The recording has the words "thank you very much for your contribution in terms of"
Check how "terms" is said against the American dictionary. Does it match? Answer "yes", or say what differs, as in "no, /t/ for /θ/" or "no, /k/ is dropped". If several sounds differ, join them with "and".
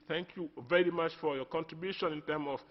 no, /z/ is dropped